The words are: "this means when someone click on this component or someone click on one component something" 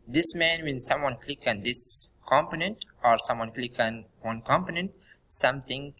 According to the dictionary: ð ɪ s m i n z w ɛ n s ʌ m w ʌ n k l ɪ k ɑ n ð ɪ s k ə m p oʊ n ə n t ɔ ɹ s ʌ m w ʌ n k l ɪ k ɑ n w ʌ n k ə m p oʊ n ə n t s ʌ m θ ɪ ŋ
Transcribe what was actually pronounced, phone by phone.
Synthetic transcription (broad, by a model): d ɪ s m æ n w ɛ n s ʌ m w ʌ n k l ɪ k ɑ n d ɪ s k ə m p oʊ n ə n t ɔ ɹ s ʌ m w ʌ n k l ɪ k ɑ n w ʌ n k ə m p oʊ n ə n t s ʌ m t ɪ ŋ